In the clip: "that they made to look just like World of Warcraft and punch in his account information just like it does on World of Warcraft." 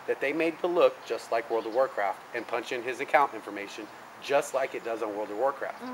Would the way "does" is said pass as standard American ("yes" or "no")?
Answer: yes